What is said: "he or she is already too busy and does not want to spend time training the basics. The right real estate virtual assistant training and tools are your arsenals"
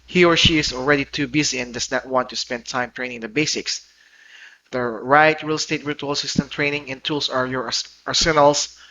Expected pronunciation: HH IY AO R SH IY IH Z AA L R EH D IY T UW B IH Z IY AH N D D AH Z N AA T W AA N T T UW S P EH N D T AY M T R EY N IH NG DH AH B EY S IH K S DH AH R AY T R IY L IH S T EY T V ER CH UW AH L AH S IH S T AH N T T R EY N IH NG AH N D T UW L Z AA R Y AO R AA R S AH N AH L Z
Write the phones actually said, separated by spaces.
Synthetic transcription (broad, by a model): HH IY AO R SH IY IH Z AA L R EH D IY T UW B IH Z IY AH N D D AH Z N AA T W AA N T T UW S P EH N D T AY M T R EY N IH NG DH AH B EY S IH K S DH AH R AY T R IY L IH S T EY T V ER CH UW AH L S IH S T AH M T T R EY N IH NG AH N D T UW L S AA R Y AO R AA R S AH N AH L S